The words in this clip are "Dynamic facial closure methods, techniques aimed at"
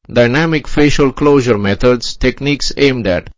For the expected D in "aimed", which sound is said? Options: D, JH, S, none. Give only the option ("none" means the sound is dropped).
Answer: D